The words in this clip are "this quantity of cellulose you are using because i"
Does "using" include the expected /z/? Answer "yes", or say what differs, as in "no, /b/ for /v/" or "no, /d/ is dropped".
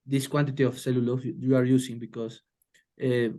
no, /s/ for /z/